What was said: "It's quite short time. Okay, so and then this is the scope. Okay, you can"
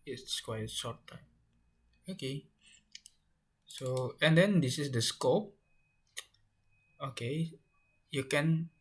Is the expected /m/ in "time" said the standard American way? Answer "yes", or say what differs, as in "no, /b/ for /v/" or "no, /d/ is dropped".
no, /m/ is dropped